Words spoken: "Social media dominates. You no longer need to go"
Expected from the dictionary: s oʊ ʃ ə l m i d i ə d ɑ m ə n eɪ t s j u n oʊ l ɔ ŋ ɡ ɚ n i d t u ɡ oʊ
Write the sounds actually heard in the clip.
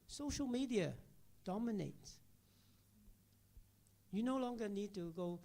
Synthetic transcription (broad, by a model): s oʊ ʃ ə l m i d i ə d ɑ m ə n eɪ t j u n oʊ l ɔ ŋ ɡ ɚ n i d t u ɡ oʊ